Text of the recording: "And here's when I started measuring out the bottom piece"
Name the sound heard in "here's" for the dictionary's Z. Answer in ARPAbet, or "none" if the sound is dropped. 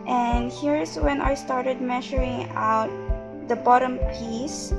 S